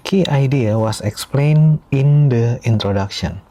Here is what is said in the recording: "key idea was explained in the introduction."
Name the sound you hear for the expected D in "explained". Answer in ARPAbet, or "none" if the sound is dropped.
none